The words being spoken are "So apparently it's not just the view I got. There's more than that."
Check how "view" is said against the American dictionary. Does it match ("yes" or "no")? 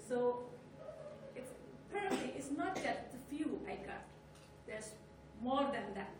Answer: no